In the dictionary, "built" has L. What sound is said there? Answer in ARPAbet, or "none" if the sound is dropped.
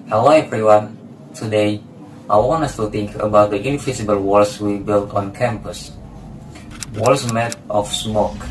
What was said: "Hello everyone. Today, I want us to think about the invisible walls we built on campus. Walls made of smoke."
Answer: L